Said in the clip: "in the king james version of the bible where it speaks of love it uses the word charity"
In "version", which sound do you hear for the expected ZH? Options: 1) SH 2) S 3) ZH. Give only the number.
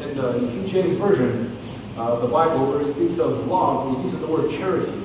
3